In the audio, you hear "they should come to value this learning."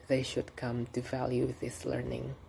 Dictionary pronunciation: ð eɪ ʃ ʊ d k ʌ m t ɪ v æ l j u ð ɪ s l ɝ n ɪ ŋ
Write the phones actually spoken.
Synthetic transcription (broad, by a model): ð eɪ ʃ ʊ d k ʌ m t ɪ v æ l j u ð ɪ s l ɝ n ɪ ŋ